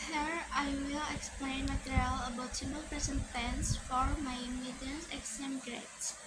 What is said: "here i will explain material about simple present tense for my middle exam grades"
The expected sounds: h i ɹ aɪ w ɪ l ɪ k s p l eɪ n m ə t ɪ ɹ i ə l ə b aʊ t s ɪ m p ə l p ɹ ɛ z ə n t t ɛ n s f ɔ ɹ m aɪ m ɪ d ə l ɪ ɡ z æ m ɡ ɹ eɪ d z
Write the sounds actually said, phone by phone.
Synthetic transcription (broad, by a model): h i ɹ aɪ w ɪ l ɪ k s p l eɪ n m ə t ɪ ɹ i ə l ə b aʊ t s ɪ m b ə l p ɹ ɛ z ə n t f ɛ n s f ɔ ɹ m aɪ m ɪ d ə n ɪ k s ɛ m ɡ ɹ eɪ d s